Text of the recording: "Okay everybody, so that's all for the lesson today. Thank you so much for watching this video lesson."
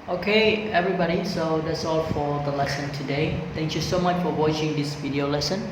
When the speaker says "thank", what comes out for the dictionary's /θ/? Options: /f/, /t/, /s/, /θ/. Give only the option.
/t/